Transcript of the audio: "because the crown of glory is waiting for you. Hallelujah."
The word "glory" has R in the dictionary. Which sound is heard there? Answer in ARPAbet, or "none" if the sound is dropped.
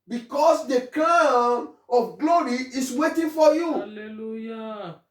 R